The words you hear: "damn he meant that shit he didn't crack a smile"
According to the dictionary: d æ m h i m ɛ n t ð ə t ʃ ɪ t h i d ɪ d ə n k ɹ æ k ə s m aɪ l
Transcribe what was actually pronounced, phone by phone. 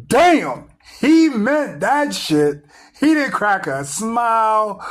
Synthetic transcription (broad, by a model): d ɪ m h i m ɛ t ð ə t ʃ ɪ t h i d ɪ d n k ɹ æ k ə s m aɪ l